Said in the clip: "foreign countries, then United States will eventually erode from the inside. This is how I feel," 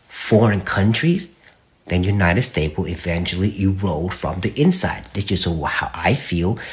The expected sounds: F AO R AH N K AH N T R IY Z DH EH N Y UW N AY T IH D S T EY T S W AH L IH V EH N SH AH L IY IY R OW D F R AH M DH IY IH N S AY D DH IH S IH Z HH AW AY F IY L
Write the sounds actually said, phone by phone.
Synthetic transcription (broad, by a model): F AO R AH N K AH N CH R IY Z DH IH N Y UW N AY T IH D S T EY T W AH L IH V EH N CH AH L IY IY R OW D F R AH M DH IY IH N S AY D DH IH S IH S HH AW AY F IY L